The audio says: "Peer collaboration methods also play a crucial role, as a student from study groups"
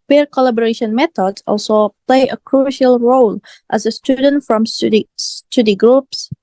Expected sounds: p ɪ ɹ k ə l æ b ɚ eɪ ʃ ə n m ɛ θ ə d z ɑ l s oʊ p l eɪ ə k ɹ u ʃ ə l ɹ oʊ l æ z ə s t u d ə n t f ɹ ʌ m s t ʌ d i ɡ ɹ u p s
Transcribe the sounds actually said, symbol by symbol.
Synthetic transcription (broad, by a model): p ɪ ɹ k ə l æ b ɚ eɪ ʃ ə n m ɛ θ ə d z ɑ l s oʊ p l eɪ ə k ɹ u ʃ ə l ɹ oʊ l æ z ə s t u d ə n t f ɹ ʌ m s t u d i ɡ ɹ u p s